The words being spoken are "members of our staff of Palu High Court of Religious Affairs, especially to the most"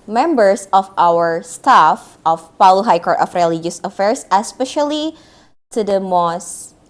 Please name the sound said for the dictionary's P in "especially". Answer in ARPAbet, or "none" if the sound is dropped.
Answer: P